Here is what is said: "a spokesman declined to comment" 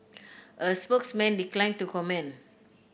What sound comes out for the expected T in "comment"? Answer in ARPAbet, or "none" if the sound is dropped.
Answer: none